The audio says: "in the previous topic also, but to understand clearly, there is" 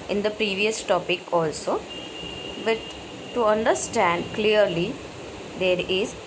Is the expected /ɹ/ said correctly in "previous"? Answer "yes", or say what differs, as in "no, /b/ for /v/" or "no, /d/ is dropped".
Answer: yes